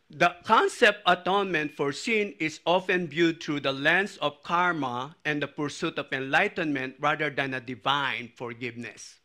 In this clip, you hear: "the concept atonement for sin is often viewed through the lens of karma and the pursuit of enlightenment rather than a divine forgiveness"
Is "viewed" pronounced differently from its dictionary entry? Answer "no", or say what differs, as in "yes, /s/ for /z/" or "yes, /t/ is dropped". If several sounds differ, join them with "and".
yes, /b/ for /v/